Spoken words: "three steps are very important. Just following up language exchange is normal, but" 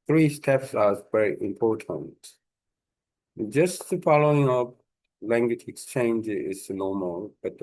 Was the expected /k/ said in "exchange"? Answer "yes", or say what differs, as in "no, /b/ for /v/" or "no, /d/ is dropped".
yes